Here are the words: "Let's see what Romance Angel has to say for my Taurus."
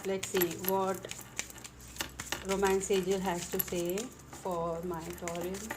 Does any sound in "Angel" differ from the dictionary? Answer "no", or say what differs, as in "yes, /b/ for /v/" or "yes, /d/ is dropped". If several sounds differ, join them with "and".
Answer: yes, /n/ is dropped